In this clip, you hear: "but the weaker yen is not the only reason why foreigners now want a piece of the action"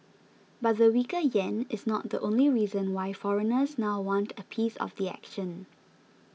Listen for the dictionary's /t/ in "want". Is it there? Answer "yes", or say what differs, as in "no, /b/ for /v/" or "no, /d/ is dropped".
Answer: yes